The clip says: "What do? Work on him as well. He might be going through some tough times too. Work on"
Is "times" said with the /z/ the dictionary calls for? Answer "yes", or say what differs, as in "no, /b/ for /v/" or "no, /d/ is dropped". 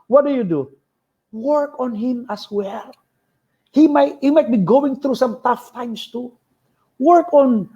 no, /s/ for /z/